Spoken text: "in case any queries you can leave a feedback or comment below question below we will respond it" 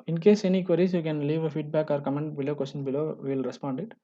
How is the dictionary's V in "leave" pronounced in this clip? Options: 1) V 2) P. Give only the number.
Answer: 1